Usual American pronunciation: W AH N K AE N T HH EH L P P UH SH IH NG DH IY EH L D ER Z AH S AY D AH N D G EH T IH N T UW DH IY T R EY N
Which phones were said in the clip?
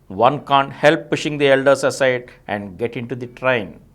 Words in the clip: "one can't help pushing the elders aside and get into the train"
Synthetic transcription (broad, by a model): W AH N K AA N T HH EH L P P UH SH IH NG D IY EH L D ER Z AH S AY D AH N D G EH T IH N T UW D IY T R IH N